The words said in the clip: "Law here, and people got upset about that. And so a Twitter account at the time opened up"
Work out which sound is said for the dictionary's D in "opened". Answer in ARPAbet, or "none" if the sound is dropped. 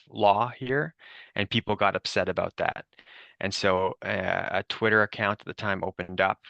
D